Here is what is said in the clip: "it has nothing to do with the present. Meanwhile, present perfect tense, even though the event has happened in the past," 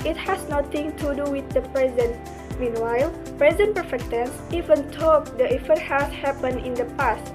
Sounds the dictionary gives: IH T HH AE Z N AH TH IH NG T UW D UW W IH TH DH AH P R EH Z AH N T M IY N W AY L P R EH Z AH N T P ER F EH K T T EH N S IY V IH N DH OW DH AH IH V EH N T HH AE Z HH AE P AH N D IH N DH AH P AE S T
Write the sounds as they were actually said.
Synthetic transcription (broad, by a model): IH T HH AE S N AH T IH NG T UW D UW W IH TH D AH P R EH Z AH N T M IY N W AY L P R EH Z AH N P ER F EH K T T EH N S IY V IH N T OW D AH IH F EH T HH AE S HH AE P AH N IH N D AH P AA S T